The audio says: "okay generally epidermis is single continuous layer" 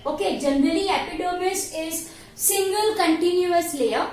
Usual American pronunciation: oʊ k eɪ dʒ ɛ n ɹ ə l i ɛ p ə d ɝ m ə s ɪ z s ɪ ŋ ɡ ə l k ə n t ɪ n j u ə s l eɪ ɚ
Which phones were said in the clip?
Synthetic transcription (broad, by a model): oʊ k eɪ dʒ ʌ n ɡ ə n i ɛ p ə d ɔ m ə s ɪ z s ɪ ŋ ɡ ə l k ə n t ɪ n j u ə s l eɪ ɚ